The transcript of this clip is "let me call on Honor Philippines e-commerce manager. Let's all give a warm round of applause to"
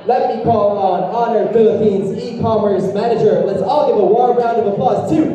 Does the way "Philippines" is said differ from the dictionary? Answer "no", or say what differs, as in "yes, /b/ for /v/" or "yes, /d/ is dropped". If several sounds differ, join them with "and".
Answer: no